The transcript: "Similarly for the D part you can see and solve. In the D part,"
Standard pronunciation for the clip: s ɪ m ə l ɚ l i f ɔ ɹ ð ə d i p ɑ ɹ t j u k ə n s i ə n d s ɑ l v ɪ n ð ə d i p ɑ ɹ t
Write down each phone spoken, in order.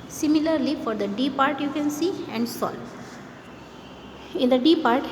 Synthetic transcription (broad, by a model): s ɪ m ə l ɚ l i f ɔ ɹ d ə d i p ɑ ɹ t j u k ə n s i ə n d s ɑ l ɪ n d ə d i p ɑ ɹ t